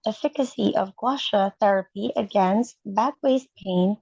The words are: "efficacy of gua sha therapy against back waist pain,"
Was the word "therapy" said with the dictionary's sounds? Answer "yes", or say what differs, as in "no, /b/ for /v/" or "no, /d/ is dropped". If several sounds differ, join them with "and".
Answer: yes